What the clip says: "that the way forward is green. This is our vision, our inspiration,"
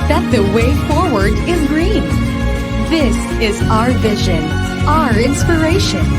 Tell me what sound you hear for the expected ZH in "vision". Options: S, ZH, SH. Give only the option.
ZH